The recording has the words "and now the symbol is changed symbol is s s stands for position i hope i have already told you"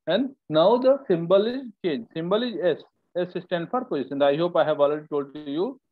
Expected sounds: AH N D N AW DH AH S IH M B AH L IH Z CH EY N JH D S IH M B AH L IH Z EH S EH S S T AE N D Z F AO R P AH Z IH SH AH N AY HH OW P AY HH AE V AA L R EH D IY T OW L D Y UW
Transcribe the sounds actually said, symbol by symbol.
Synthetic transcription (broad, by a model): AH N D N AW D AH S IH M B AH L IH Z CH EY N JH S IH M B AH L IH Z EH S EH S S T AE N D F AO R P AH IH S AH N AY HH OW P AY HH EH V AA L EH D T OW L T Y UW